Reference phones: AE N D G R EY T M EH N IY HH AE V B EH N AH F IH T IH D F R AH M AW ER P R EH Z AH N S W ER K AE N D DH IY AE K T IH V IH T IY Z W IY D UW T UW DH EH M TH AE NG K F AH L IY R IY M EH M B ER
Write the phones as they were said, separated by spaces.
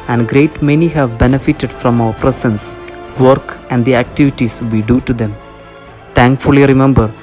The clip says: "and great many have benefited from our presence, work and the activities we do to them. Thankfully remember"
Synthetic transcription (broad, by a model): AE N D G R EY T M EH N IY HH AE V B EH N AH F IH T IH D F R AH M AW ER P R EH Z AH N S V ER K AE N D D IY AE K T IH V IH T IY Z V IY D UW T UW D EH M T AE NG K F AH L IY R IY M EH M B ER